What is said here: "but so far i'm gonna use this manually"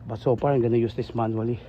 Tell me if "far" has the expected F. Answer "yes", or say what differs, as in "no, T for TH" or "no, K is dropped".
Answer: no, P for F